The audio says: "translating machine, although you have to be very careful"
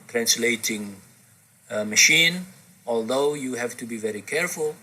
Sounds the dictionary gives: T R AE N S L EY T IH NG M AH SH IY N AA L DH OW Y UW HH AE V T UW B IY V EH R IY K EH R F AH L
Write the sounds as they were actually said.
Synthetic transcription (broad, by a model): T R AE N S L EY T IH NG M AH SH IY N AA L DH OW Y UW HH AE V T UW B IY V EH R IY K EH R F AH L